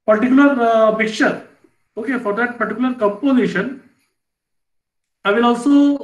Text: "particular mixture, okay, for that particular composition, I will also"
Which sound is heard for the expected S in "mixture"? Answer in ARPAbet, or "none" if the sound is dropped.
none